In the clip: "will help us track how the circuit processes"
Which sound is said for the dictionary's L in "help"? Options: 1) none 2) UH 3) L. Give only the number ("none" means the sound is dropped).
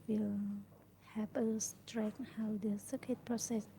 1